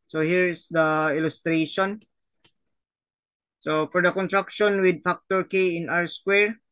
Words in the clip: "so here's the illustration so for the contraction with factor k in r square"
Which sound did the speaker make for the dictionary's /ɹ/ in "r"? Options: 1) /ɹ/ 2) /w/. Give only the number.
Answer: 1